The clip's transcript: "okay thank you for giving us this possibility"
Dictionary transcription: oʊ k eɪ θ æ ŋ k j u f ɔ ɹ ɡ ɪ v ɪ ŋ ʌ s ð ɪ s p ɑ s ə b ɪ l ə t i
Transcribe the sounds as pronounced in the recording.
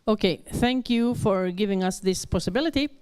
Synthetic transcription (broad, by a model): oʊ k eɪ θ æ ŋ k j u f ɔ ɹ ɡ ɪ v ɪ ŋ ʌ s ð ɪ s p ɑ s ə b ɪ l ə t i